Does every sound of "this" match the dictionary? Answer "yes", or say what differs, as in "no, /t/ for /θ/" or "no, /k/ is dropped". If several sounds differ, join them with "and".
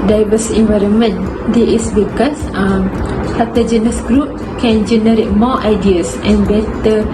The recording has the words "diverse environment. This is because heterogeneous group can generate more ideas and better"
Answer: no, /s/ is dropped